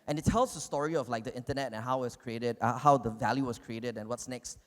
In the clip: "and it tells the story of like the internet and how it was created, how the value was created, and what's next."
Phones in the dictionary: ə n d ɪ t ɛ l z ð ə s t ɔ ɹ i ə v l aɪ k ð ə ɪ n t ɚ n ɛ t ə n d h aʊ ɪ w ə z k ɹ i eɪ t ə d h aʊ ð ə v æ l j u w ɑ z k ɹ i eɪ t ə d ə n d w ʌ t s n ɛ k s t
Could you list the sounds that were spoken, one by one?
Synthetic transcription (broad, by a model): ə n ɪ t ɛ l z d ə s t ɔ ɹ i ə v l aɪ k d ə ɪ n t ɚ n ɛ t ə n h aʊ ɪ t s k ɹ i eɪ t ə d h aʊ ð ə v æ l j u w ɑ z k ɹ i eɪ t ə d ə n w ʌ t s n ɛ k s t